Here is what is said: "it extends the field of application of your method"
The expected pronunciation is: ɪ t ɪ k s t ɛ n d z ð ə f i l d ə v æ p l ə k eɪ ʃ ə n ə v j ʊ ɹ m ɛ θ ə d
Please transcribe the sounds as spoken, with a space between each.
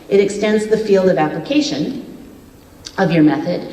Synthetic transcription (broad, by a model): ɪ t ɪ k s t ɛ n d z ð ə f i l d ə v æ p l ə k eɪ ʃ ə n ə v j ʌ ɹ m ɛ θ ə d